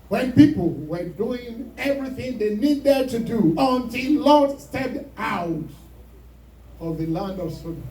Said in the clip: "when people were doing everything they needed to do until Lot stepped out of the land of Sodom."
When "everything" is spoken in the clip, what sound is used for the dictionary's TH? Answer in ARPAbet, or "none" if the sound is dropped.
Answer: TH